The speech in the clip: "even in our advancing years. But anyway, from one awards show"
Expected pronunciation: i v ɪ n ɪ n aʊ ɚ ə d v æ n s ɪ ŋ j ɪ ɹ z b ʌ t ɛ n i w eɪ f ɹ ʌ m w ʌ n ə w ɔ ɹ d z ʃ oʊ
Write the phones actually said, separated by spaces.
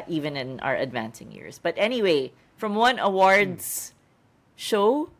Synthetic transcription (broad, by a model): i v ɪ n ɪ n aʊ ɚ ə d v æ n s ɪ ŋ j ɪ ɹ z b ʌ t ɛ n i w eɪ f ɹ ʌ m w ʌ n ə w ɔ ɹ d z ʃ oʊ